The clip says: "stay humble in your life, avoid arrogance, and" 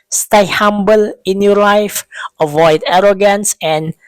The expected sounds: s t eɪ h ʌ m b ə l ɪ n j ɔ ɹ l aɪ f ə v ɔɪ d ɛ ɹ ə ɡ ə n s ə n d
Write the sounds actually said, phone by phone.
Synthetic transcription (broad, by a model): s t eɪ h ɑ m b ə l ɪ n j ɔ l aɪ f ə v ɔɪ d ɛ ɹ ə ɡ ə n s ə n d